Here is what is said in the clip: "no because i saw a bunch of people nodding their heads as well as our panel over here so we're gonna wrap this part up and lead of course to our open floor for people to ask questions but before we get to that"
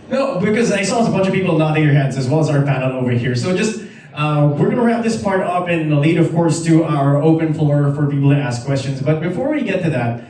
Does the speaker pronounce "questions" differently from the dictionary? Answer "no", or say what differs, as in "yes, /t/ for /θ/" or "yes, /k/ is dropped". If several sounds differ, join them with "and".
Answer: no